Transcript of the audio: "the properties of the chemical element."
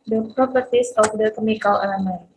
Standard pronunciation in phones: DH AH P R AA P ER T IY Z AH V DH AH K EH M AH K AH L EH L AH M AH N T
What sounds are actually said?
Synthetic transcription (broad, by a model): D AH P R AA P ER T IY S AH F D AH K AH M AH K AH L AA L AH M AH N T